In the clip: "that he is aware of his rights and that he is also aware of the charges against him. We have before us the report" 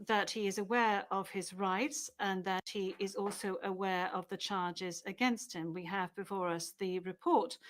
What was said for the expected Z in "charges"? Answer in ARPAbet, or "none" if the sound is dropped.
Z